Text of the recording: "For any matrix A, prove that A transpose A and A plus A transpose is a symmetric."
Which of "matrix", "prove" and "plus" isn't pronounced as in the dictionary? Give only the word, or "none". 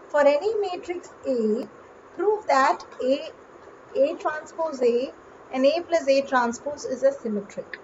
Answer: none